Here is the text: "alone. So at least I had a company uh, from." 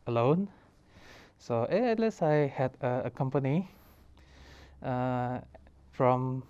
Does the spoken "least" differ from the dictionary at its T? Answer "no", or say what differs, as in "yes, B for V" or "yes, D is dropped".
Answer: yes, T is dropped